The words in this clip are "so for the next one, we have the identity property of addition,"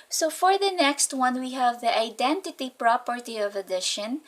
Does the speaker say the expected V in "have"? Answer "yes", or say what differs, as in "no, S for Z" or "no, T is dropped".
yes